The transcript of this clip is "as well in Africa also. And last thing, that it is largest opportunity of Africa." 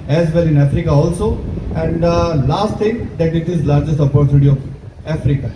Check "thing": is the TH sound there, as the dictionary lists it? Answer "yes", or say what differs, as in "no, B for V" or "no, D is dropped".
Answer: no, T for TH